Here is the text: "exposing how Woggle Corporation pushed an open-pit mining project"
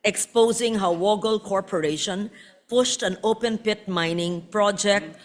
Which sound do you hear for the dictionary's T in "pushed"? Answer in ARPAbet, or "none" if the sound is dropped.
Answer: T